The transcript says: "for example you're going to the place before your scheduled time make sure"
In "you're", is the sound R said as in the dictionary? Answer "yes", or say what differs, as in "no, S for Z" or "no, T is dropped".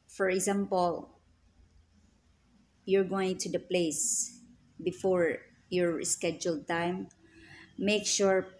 yes